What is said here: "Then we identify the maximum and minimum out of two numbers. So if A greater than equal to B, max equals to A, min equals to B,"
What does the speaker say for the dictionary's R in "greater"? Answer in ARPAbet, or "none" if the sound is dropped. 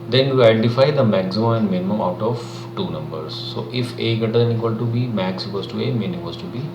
none